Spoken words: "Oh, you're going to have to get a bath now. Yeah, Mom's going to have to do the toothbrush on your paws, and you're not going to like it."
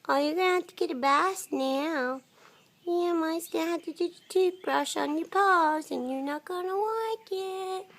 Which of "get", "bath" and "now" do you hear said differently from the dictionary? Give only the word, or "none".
bath